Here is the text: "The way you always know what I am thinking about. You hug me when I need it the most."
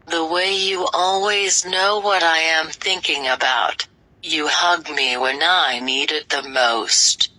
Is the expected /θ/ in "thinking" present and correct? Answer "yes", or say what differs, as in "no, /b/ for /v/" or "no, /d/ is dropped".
yes